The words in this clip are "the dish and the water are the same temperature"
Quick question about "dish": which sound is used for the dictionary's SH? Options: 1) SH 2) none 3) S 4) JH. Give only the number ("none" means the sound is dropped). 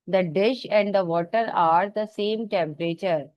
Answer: 1